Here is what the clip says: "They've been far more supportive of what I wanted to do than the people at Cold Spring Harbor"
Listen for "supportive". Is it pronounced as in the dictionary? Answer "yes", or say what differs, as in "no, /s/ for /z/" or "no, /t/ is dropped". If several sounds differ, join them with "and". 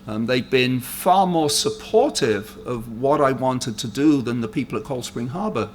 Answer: yes